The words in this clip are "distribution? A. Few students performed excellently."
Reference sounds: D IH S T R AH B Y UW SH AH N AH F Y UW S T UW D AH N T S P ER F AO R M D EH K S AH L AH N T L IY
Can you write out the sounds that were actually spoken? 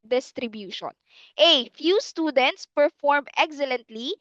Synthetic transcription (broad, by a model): D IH S T R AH B Y UW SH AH N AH F Y UW S T UW D AH N T S P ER F AO R M EH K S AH L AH N T L IY